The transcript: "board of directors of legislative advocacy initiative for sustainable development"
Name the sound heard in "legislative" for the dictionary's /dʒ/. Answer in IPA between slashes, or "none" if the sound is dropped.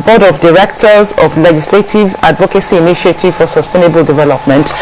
/dʒ/